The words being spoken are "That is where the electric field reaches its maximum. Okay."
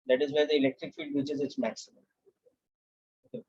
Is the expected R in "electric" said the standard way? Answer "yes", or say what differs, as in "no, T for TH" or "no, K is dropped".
yes